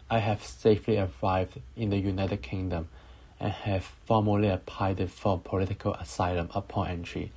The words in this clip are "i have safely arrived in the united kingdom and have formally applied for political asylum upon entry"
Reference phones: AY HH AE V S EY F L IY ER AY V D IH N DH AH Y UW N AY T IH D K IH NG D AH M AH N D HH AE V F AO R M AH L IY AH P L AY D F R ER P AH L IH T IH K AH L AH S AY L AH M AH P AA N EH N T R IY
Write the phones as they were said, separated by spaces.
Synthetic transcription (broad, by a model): AY HH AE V S EY F L IY ER AY V D IH N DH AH Y UW N AY T IH D K IH NG D AH M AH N HH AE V F AO M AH L IY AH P AY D F R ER P AH L IH T IH K AH L AH S AY L AH M AH P AA N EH N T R IY